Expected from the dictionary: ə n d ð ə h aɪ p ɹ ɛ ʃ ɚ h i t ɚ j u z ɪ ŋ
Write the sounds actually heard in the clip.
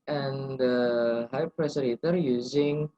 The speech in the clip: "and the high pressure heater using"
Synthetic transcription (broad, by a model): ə n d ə h aɪ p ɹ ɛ s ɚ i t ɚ j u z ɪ ŋ